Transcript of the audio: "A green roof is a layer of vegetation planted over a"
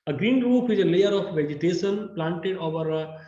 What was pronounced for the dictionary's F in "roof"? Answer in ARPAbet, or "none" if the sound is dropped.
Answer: P